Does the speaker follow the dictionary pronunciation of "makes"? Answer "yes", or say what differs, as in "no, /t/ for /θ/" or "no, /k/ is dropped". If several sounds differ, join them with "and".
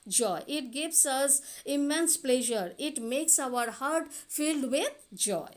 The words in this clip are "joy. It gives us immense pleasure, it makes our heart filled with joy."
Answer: yes